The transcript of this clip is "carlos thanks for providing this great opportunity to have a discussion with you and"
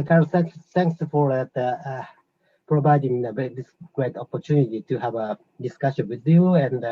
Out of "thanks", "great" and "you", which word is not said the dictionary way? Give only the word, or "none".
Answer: thanks